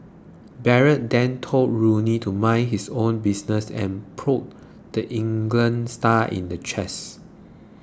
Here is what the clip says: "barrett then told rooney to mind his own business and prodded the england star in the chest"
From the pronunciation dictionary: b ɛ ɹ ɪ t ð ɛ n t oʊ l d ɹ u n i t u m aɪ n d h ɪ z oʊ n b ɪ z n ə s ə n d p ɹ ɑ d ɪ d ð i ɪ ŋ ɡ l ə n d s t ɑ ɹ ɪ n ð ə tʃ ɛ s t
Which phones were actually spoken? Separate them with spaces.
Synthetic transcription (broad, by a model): b ɛ ɹ ɪ t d ɛ n t oʊ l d ɹ u n i t u m aɪ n h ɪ s oʊ n b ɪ s n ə s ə n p ɹ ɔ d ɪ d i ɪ ŋ ɡ l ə n s t ɑ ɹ ɪ n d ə tʃ ɛ s